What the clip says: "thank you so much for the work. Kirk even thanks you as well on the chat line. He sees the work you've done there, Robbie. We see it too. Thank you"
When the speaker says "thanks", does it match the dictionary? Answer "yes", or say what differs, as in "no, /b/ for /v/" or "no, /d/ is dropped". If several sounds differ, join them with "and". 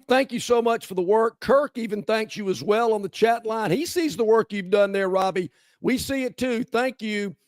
yes